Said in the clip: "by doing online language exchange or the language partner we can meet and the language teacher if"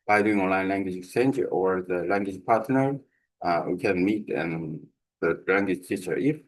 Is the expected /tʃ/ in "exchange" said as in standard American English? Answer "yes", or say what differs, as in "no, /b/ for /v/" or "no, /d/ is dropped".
no, /tʃ/ is dropped